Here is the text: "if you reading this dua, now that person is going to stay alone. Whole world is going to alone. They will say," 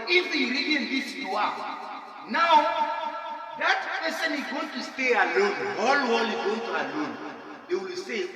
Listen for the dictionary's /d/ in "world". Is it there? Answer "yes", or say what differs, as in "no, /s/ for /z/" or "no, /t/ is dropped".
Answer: no, /d/ is dropped